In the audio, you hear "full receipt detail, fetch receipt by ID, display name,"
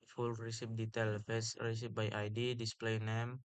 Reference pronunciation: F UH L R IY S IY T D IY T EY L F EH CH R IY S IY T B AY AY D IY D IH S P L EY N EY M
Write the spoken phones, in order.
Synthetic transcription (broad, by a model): F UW L R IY S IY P D IY T EY L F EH S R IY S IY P B AY AY D IY D IH S P L EY N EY M